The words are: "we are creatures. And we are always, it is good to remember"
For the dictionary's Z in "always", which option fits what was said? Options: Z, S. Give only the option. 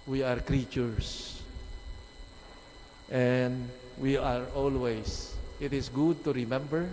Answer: S